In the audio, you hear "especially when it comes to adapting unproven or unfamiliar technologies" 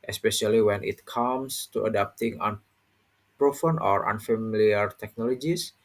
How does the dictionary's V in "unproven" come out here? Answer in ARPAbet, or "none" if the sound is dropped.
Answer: F